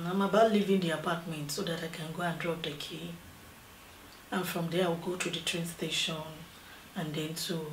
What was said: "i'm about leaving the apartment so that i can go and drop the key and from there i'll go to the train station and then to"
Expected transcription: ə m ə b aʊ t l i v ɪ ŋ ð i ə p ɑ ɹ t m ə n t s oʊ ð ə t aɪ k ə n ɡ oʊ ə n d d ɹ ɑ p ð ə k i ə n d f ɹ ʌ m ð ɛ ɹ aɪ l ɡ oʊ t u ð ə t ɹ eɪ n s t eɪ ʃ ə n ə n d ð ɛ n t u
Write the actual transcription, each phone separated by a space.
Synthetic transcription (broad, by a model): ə m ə b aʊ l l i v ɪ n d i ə p ɑ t m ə n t s oʊ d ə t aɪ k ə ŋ ɡ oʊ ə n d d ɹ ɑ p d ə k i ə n f ɹ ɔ m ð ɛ w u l ɡ oʊ t u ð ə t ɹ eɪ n s t eɪ ʃ ə n ə n d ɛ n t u